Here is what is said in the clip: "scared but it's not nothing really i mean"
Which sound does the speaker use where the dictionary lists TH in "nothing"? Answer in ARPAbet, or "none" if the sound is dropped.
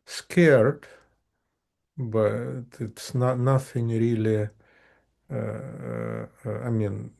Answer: F